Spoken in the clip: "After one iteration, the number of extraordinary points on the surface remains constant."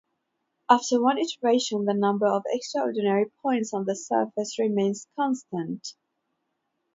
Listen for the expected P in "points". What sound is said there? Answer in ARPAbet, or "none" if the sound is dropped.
P